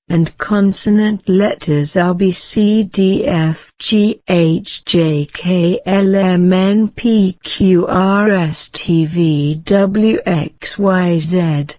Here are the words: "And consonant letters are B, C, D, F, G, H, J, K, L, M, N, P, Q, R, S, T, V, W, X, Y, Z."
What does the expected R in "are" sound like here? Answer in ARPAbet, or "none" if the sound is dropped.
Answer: L